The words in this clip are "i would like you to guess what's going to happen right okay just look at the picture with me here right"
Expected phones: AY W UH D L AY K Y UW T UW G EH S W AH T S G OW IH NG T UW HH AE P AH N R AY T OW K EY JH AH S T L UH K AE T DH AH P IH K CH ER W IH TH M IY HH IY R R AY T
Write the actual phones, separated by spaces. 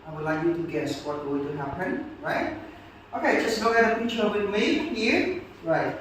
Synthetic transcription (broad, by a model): AY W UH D L AY K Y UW T UW G EH S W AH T G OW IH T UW HH AE P AH N R AY T OW K EY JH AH S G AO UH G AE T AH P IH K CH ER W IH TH M IY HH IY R R AY T